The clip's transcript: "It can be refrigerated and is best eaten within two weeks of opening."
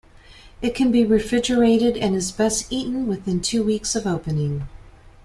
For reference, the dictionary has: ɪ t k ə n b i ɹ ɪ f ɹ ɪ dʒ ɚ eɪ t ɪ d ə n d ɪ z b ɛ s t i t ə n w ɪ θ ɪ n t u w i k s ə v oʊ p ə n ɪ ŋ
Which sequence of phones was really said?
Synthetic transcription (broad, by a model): ɪ t k ə n b i ɹ ɪ f ɹ ɪ dʒ ɚ eɪ t ɪ d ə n ɪ z b ɛ s t i t n w ɪ θ ɪ n t u w i k s ə v oʊ p ə n ɪ ŋ